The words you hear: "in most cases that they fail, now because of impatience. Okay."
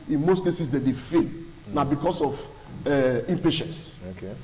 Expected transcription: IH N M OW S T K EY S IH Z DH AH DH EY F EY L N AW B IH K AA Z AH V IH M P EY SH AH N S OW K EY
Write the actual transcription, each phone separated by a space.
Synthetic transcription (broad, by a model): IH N M OW S T K EY S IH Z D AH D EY F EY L N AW B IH K AA S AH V IH M P EY SH AH N S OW K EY